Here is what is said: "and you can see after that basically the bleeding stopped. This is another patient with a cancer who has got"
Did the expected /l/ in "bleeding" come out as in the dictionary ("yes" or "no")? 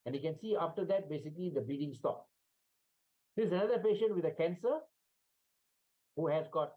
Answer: no